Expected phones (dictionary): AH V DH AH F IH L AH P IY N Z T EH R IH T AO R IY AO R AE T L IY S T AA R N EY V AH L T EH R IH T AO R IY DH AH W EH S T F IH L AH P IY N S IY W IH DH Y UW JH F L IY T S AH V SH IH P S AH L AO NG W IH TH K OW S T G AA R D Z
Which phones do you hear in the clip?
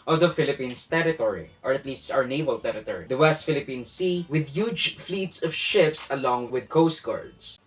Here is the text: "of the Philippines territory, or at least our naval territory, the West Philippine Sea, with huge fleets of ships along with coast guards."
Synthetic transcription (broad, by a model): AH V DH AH F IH L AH P IY N S T EH R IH T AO R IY AO R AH T L IY S T AA R N EY V AH L T EH R IH T AO R IY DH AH W EH S T F IH L AH P IY N S IY W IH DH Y UW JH F L IY T S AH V SH IH P S AH L AO NG W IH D K OW S T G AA R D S